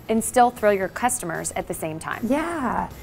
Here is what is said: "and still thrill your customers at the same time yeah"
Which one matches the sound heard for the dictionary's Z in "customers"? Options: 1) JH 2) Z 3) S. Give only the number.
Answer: 2